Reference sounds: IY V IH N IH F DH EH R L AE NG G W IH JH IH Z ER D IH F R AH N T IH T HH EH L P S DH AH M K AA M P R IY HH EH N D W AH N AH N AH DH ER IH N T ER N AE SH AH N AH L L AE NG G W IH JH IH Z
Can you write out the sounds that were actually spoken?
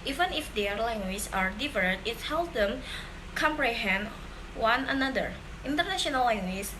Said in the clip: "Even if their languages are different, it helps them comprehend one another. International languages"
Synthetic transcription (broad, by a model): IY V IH N IH F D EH R L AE NG G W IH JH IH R D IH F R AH T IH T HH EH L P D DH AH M K AA M P R IY HH EH N D W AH N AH N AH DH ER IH N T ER N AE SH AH N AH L L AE NG G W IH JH